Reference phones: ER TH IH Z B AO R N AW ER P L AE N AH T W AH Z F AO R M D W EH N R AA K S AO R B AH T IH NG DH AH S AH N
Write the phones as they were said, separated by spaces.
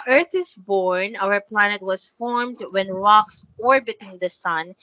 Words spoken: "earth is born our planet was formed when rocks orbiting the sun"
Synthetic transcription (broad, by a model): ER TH IH Z B AO R N AW ER P L AE N AH T W AH Z F AO R M D W EH N R AA K S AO R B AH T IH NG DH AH S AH N